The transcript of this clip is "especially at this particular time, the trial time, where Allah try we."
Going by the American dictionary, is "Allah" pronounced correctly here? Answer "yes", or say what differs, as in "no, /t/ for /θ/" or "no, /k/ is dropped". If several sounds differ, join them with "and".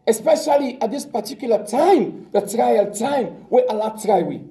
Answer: yes